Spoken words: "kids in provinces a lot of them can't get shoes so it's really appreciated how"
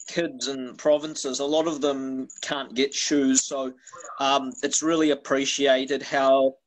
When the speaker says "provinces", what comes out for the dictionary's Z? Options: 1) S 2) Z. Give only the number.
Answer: 2